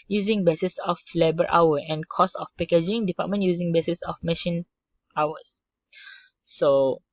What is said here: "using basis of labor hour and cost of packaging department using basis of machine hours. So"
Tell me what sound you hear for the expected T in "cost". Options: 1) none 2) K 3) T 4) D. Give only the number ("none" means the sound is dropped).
1